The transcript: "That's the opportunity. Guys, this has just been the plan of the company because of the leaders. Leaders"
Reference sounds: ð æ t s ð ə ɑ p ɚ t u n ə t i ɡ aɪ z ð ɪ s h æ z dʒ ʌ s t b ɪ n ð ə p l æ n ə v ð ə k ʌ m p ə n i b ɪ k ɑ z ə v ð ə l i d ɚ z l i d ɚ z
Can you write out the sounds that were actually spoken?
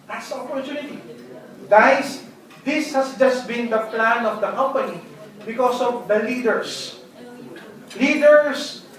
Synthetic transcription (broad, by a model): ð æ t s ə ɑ p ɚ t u n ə t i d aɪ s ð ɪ s h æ s dʒ ʌ s t b ɪ n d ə p l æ n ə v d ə k ʌ m p ə n i b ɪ k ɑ s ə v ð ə l i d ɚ s l i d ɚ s